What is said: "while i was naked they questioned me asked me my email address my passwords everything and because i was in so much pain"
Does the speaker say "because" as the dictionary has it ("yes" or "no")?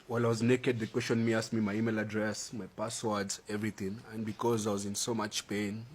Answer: yes